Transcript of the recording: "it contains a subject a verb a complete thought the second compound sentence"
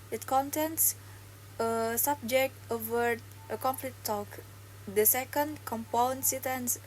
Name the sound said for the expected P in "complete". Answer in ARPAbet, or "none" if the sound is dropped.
F